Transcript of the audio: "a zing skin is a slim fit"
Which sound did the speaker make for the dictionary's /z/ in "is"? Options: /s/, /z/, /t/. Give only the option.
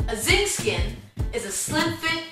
/z/